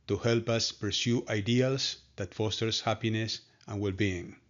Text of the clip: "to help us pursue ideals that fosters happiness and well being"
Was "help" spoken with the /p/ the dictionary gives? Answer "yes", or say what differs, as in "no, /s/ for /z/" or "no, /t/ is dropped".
yes